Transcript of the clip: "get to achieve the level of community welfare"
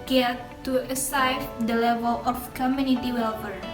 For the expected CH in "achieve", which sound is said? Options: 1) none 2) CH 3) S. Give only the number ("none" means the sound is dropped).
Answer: 3